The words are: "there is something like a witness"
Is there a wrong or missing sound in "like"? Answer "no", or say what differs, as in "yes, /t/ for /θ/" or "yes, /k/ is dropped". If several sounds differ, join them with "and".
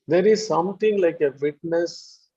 no